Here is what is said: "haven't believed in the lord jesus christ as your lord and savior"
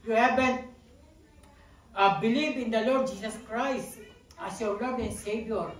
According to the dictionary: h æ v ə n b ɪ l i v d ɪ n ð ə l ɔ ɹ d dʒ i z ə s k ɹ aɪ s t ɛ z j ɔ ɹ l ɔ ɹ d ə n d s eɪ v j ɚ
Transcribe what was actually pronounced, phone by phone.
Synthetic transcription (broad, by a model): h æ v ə n b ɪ l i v ɪ n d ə l ɔ ɹ d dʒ i s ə s k ɹ aɪ s t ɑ s j ɔ ɹ l ɔ ɹ d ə n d s eɪ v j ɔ